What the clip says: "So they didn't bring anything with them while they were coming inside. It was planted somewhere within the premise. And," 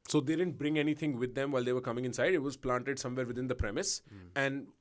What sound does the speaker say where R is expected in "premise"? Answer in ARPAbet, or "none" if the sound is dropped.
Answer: R